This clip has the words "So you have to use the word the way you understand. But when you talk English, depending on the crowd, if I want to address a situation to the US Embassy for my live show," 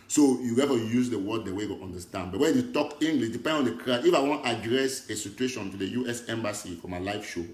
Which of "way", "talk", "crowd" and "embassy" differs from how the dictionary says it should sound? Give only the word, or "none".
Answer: crowd